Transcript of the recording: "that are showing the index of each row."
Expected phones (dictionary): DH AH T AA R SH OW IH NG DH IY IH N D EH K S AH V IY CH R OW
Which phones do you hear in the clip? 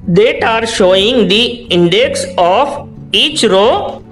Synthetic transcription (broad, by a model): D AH T AA R SH OW IH NG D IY IH N D EH K S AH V IY CH R OW